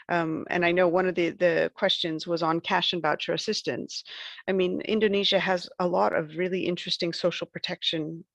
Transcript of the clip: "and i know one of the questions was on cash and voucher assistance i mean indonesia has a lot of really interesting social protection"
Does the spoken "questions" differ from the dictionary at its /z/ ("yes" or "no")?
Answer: no